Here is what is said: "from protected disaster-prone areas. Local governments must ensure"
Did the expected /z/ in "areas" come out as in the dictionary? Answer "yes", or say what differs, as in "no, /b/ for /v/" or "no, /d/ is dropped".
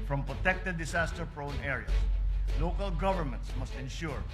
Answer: no, /s/ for /z/